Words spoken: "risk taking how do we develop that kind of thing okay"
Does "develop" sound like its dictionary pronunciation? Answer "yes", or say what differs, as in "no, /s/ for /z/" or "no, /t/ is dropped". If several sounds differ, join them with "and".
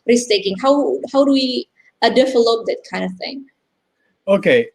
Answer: no, /f/ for /v/